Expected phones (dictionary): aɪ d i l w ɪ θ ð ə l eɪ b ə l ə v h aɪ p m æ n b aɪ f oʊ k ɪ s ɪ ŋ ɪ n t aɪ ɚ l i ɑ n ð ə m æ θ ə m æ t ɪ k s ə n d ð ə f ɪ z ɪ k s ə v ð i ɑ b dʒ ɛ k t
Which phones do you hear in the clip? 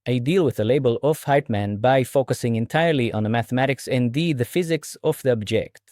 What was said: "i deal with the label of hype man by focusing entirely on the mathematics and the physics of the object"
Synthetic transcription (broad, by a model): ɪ d i l w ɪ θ ð ə l eɪ b ə l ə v h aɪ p m æ n b aɪ f oʊ k ɪ s ɪ ŋ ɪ n t aɪ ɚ l i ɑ n ð ə m æ θ ə m æ t ɪ k s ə n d ð ə f ɪ z ɪ k s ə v ð i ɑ b dʒ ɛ k t